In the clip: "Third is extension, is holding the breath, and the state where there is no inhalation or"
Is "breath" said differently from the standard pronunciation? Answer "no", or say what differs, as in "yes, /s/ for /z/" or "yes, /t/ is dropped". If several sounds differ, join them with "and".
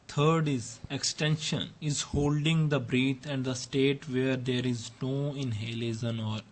yes, /t/ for /θ/